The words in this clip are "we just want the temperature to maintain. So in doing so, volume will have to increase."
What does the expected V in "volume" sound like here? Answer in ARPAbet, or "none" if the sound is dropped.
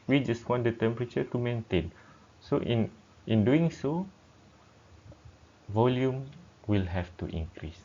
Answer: V